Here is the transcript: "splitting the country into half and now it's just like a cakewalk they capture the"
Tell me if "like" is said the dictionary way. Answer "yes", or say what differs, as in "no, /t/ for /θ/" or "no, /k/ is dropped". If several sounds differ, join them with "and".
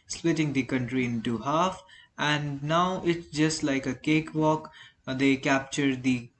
yes